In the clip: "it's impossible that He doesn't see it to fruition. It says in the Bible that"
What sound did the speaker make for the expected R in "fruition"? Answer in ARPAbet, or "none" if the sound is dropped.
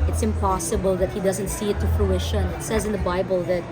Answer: L